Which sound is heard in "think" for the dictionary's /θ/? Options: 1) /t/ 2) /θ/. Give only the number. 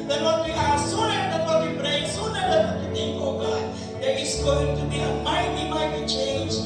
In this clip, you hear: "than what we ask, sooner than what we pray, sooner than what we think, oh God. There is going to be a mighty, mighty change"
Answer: 1